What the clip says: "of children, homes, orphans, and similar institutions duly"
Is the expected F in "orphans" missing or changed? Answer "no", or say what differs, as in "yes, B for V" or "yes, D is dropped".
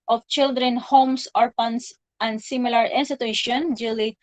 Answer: yes, P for F